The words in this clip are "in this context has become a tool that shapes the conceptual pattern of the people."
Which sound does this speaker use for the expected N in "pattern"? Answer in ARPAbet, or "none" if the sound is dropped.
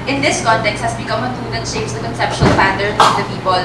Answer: none